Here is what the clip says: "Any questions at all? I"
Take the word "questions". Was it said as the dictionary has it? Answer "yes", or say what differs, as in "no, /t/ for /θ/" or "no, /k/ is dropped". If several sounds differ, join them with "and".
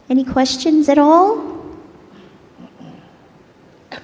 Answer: yes